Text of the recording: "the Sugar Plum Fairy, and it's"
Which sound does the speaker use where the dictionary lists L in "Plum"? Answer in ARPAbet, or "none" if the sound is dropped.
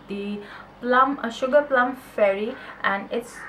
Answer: L